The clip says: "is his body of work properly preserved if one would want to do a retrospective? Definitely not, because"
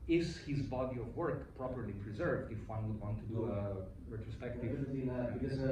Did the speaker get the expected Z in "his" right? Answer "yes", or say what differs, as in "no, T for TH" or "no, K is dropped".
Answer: yes